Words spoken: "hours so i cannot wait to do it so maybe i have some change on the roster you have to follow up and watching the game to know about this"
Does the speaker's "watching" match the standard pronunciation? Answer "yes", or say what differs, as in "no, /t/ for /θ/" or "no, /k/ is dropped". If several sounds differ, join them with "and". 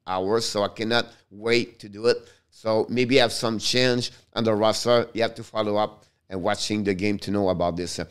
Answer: yes